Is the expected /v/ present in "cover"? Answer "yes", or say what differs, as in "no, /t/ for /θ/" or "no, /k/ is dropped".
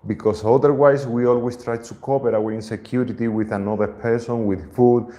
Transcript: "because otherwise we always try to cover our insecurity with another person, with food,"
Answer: no, /p/ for /v/